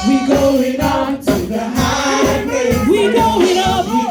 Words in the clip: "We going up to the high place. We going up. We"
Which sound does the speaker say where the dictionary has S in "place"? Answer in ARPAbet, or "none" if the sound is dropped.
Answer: none